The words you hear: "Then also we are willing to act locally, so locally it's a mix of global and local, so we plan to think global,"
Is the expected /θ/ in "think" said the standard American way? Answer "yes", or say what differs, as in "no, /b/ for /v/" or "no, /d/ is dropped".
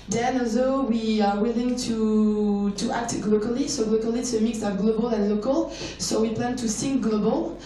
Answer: no, /s/ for /θ/